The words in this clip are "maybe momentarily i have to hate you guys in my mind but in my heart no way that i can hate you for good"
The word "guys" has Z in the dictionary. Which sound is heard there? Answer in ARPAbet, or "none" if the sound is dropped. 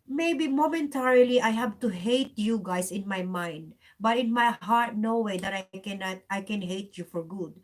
S